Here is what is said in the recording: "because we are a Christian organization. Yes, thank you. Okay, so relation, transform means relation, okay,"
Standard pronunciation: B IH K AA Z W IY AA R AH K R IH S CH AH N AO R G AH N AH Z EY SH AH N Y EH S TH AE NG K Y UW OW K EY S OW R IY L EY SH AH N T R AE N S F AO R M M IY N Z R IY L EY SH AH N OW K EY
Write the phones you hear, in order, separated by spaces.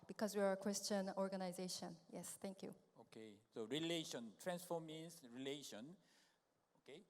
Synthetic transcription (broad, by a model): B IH K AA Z W IY AA R AH K R IH S CH AH N AO R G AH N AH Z EY SH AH N Y EH S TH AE NG K Y UW OW K EY S OW R IY L EY SH AH N T R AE N S F AO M M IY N S R IY L EY SH AH N OW K EY